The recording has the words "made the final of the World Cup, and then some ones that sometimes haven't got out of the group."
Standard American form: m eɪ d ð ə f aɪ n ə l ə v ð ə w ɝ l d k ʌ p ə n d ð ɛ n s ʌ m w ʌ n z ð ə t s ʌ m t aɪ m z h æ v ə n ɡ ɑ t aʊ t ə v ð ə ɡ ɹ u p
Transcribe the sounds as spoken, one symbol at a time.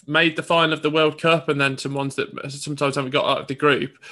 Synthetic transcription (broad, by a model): m eɪ d ð ə f aɪ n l ə v ð ə w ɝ l d k ʌ p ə n ð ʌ n s ʌ m w ʌ n z ð ə t s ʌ m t aɪ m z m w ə ɡ ɑ t aʊ t ə v ð ə ɡ ɹ u p